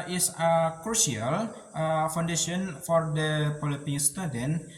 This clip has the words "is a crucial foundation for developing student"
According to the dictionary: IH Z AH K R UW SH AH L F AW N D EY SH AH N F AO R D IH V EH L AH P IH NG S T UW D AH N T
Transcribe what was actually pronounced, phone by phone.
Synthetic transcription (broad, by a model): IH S AH K R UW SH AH L F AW N D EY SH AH N F AO R D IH P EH L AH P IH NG S T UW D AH N